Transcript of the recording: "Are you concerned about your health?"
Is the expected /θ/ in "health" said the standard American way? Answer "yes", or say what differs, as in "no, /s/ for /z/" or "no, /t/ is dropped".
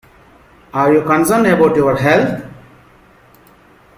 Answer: no, /t/ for /θ/